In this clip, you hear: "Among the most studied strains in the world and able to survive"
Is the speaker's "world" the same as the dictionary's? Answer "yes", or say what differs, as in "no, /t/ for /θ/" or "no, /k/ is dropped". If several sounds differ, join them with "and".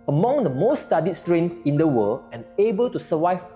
no, /d/ is dropped